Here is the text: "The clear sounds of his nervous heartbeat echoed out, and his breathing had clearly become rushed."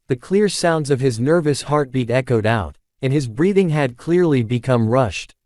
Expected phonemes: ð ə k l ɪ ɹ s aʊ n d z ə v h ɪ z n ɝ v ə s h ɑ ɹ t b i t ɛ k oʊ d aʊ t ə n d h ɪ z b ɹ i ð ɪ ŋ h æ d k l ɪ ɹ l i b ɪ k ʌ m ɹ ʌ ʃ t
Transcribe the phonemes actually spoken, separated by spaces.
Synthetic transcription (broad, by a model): ð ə k l ɪ ɹ s aʊ n d z ə v ɪ z n ɝ v ə s h ɑ ɹ t b i t ɛ k oʊ d aʊ t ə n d ɪ z b ɹ i ð ɪ ŋ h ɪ d k l ɪ ɹ l i b ɪ k ʌ m ɹ ʌ ʃ t